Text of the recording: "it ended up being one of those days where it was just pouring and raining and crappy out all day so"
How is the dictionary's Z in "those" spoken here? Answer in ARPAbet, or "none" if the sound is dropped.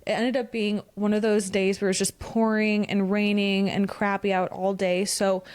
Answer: Z